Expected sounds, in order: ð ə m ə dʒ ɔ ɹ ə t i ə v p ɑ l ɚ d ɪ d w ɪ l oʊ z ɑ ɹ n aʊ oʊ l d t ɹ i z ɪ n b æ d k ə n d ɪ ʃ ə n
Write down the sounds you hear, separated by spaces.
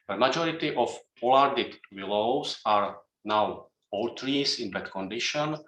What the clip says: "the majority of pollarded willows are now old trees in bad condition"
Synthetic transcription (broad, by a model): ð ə m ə dʒ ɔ ɹ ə t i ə f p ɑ l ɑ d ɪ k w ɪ l oʊ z ɑ ɹ n aʊ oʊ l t ɹ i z ɪ n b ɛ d k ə n d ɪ ʃ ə n